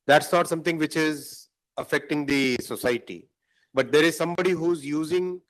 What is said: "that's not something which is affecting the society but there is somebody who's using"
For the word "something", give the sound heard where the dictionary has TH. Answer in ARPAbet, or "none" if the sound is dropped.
T